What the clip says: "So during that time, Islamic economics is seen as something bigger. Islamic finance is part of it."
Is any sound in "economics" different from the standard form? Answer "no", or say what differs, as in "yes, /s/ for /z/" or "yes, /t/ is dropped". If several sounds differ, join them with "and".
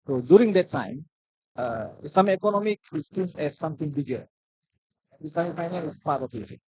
yes, /s/ is dropped